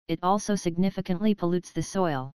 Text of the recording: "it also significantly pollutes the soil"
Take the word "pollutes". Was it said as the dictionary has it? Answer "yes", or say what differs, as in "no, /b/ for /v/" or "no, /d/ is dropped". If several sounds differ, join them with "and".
yes